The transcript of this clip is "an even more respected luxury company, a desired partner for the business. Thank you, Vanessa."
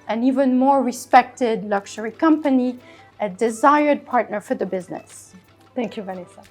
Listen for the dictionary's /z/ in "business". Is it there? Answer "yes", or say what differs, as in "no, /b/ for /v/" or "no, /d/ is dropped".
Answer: yes